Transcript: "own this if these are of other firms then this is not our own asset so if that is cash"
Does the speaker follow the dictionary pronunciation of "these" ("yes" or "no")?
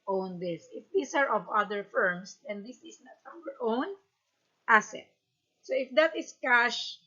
no